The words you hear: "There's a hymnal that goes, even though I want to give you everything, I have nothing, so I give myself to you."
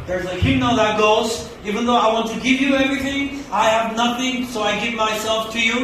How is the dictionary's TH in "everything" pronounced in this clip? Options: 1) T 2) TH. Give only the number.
2